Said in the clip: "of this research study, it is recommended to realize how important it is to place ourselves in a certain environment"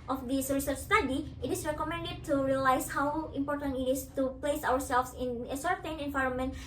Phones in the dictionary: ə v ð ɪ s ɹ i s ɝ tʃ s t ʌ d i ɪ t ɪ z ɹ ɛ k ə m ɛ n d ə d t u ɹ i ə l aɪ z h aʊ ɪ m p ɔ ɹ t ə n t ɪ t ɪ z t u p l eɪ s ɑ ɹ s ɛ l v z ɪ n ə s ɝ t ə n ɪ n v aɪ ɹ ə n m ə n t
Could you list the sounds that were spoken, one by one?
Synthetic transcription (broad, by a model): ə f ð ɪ s ɹ i s ɝ tʃ s t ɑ d i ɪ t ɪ s ɹ ɛ k ə m ɛ n d ə d t u ɹ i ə l aɪ s h aʊ ɪ m p ɔ ɹ t ə n t ɪ t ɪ s t u p l eɪ s ɑ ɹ s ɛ l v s ɪ n ə s ɝ t ə n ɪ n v aɪ ɹ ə n m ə n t